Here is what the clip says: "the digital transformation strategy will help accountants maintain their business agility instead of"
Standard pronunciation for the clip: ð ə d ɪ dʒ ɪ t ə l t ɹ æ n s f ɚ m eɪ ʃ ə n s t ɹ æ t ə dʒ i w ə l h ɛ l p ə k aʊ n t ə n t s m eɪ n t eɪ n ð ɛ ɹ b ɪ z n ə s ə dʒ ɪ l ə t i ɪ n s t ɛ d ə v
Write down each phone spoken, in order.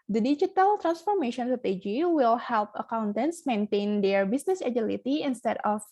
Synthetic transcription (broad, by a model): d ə d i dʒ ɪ t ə l t ɹ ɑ n s f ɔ m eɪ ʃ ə n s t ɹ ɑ t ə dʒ i w ə l h ɛ l p ə k aʊ n t ə n t s m eɪ n t eɪ n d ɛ ɹ b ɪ s n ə s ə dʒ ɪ l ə t i ɪ n s t ɛ d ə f